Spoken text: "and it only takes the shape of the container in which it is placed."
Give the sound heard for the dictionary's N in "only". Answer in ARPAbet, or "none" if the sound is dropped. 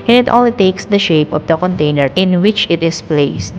none